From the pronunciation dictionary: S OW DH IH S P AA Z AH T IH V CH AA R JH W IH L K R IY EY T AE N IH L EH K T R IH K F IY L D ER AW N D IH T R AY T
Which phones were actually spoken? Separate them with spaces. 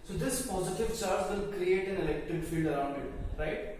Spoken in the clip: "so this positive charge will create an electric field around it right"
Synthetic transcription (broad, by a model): S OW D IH S P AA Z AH T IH V CH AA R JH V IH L K R IY EY T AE N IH L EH K T IH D F IY L D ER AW N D IH T R AY T